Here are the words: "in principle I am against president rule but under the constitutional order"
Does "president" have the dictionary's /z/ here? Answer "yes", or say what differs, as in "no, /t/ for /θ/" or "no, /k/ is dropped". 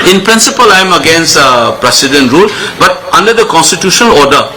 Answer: no, /s/ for /z/